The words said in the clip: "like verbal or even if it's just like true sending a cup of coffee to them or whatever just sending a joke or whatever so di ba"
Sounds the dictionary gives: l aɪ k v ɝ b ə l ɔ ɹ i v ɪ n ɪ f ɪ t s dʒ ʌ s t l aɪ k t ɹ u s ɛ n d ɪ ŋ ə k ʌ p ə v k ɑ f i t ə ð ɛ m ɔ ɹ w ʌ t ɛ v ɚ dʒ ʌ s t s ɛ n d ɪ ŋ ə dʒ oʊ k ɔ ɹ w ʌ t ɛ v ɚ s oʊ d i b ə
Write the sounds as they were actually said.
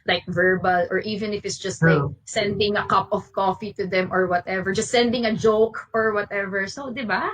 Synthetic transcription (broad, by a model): l aɪ k v ɝ b ə l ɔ ɹ i v ɪ n ɪ f ɪ t s dʒ ʌ s t l aɪ k s ɛ n d ɪ ŋ ə k ʌ p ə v k ɑ f i t ə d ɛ m ɔ ɹ w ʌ t ɛ v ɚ dʒ ʌ s t s ɛ n d ɪ ŋ ə dʒ oʊ k ɔ ɹ w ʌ t ɛ v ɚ s oʊ d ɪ b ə